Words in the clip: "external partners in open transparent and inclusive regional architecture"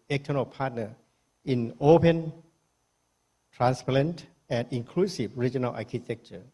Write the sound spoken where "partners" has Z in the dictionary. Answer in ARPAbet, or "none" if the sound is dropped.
none